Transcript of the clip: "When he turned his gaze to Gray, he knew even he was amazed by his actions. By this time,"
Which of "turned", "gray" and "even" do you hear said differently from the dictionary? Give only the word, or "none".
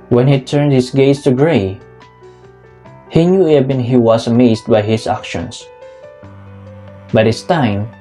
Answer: even